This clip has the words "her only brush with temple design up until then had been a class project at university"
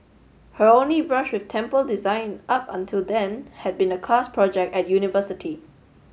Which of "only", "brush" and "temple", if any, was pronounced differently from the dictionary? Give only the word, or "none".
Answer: none